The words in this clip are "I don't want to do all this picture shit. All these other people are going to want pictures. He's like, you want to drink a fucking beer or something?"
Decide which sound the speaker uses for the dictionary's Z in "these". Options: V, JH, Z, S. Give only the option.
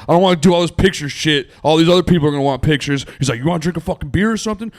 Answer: Z